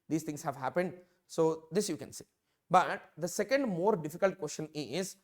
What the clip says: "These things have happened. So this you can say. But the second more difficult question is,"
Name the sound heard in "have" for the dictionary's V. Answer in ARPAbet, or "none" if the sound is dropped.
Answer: V